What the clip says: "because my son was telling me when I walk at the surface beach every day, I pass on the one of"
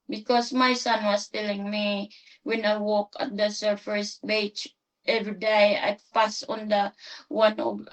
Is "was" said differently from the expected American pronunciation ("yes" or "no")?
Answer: yes